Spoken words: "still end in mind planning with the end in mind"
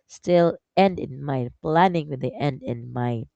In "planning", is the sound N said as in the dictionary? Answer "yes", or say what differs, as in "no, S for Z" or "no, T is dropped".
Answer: yes